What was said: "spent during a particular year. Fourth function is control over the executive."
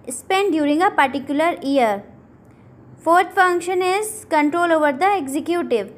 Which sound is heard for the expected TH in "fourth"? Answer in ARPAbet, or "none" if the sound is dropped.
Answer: T